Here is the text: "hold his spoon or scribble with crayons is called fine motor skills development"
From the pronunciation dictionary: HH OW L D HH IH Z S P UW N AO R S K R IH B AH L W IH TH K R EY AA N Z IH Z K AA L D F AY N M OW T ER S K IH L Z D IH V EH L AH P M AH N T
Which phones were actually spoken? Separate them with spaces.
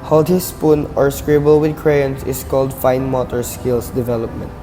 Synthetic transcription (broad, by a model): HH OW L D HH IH S P UW N AO R S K R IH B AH L W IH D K R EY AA N S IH S K AA L D F AY N M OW T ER S K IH L S D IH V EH L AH P M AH N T